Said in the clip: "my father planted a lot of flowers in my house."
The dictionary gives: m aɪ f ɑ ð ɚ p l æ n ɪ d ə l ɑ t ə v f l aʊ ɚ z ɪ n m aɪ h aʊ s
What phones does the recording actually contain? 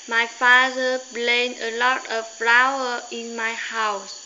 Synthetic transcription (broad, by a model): m aɪ f ɑ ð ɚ b l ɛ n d ə l ɑ t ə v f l aʊ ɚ ɪ n m aɪ h aʊ s